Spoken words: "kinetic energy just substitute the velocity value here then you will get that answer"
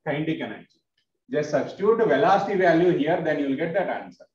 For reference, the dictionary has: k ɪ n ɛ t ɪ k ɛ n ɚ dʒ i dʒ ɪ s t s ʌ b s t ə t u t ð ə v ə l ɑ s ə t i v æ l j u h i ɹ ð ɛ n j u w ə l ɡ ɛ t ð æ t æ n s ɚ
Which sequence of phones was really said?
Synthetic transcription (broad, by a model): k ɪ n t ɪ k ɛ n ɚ i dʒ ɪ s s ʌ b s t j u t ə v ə l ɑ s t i v æ l j u h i ɹ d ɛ n j u l ɡ ɛ t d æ t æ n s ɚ